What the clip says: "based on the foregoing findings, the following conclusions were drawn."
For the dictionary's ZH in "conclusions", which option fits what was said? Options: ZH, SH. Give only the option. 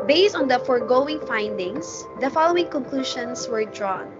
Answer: SH